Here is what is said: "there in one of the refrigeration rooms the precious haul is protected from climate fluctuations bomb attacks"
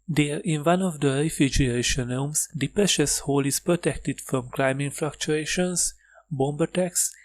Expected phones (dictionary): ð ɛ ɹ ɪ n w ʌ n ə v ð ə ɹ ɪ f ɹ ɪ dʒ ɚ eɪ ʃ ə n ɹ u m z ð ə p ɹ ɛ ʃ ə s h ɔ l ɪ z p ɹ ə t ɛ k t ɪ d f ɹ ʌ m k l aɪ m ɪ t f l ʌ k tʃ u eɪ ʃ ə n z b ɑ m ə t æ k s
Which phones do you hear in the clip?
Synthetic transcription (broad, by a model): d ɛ ɹ ɪ n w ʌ n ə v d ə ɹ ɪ f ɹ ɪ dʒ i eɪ ʃ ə n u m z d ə p ɹ ɛ ʃ ə s h ɔ l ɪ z p ɹ ə t ɛ k t ɪ d f ɹ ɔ m k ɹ aɪ m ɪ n f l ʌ k tʃ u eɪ ʃ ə n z b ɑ m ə t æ k s